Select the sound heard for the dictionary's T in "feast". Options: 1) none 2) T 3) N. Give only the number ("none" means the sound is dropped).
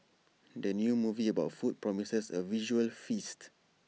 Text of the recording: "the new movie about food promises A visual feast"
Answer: 2